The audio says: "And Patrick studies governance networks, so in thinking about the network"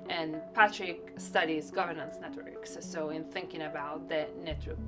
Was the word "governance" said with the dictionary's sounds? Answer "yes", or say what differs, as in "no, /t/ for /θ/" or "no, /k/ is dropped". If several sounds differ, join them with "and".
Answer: yes